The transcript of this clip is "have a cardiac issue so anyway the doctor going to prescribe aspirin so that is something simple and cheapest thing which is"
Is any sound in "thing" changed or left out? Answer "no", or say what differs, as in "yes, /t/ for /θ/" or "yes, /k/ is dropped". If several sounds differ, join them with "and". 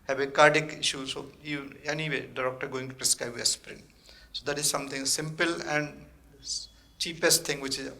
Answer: yes, /t/ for /θ/